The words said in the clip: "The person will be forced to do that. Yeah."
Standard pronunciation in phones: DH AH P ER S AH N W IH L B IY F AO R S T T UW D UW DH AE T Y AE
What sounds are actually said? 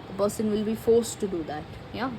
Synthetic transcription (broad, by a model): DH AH B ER S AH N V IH L B IY F AO R S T T UW D UW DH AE T Y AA